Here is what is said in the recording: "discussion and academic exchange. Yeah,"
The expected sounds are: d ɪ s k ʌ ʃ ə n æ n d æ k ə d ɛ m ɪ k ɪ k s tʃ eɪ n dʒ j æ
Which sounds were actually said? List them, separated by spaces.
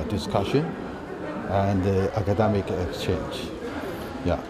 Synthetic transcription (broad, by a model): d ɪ s k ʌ ʃ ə n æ n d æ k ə d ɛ m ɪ k ɪ k s tʃ eɪ n dʒ j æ